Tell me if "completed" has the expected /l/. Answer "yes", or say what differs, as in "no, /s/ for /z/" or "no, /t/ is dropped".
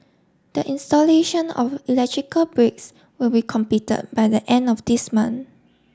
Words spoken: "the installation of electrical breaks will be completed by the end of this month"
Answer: no, /l/ is dropped